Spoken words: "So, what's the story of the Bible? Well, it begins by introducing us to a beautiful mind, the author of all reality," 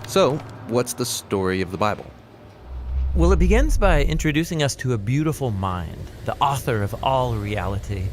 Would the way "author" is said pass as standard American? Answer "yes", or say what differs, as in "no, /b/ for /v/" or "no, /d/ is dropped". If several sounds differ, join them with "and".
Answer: yes